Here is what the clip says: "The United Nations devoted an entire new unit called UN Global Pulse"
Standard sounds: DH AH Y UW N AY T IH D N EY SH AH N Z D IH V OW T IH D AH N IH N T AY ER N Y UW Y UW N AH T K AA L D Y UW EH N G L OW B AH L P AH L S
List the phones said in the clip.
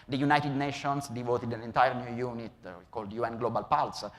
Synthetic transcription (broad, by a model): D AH Y UW N AY T IH D N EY SH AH N S D IH V OW T IH D AH N IH N T AY ER N Y UW Y UW N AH T K AA L D Y UW EH N G L OW B AH L P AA L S